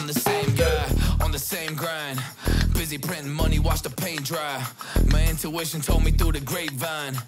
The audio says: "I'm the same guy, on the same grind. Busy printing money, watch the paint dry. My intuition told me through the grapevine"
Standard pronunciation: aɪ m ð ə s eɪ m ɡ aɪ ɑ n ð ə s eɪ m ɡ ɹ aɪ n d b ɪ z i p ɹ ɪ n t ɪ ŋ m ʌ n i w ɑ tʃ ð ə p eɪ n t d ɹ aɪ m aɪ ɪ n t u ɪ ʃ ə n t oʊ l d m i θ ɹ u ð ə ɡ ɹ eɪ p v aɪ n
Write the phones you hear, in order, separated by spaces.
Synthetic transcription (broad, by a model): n ð ə s eɪ m ɡ aɪ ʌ n ð ə s eɪ m ɡ ɹ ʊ n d b ɪ z i p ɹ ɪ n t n m ʌ n i w ɑ tʃ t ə p eɪ n d ɹ aɪ m aɪ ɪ n t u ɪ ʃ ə n t oʊ l d m i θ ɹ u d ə ɡ ɹ eɪ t v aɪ n